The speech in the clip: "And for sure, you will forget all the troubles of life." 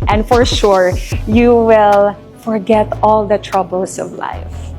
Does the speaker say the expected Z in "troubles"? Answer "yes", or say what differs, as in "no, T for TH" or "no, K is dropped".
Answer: no, S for Z